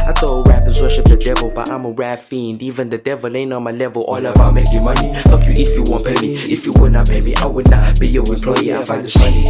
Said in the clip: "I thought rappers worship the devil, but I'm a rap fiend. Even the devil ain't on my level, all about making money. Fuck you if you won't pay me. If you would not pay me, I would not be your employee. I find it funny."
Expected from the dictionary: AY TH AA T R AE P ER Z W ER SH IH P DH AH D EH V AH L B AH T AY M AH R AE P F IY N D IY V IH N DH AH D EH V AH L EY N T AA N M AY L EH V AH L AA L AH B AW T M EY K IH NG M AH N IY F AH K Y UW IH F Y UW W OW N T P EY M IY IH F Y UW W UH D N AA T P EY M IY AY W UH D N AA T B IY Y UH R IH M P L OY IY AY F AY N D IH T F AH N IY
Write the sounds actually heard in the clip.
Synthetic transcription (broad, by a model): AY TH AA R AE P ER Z W ER SH IH P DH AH D EH V AH L B AH T AY M AH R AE F IY N D IY V IH N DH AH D EH V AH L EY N AA N M AY L EH V AH L AA L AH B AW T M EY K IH M AH N IY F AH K Y UW IH F Y UW W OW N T P EY M IY IH F Y UW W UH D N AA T P EY M IY AY W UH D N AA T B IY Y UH W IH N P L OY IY AY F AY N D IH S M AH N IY